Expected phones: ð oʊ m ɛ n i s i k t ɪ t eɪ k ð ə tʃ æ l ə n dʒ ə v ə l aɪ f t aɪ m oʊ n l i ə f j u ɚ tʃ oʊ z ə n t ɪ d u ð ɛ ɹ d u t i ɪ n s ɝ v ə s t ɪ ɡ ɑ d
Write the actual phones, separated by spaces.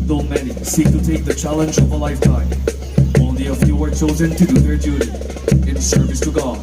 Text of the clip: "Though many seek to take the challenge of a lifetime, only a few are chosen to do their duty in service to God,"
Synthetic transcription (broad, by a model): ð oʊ m ɛ n i s i k t ɪ t eɪ k ð ə tʃ æ l ə n dʒ ə v ə l aɪ f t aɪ oʊ n l i ə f j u ɚ tʃ oʊ z ə n t ɪ d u ð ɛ ɹ d u t i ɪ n s ɝ v ə s t ɪ ɡ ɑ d